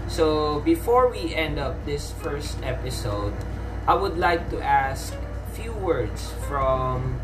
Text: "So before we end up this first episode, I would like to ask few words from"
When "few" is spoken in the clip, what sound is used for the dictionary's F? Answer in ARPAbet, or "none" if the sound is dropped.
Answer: F